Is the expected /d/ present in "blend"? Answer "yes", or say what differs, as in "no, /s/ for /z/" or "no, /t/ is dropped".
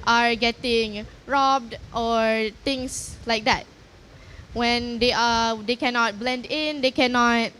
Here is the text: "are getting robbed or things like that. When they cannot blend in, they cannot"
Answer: yes